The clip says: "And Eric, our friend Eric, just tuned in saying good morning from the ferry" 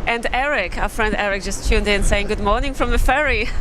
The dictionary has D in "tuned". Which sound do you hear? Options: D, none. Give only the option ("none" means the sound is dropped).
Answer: D